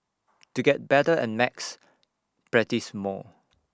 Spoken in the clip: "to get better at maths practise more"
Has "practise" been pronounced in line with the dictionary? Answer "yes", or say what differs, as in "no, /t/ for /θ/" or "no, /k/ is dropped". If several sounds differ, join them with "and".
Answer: no, /k/ is dropped